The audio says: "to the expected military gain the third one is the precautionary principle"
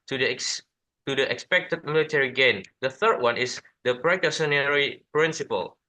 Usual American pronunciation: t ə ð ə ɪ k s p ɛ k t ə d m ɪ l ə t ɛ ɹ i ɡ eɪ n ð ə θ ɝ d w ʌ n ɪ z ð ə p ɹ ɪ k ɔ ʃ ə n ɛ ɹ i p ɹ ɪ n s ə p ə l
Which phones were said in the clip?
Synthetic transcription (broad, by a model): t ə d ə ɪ k s p ɛ k t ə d m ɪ l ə t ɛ ɹ i ɡ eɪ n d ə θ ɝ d w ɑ n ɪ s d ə p ɹ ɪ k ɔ s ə n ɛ ɹ i p ɹ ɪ n s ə p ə l